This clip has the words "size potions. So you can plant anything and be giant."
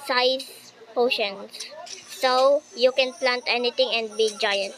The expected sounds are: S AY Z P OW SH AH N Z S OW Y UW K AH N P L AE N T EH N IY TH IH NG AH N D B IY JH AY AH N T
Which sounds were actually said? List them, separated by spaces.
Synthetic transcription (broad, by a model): S AY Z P OW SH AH N S OW Y UW K AH N P L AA N T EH N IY T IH NG AH N D B IY JH AY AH N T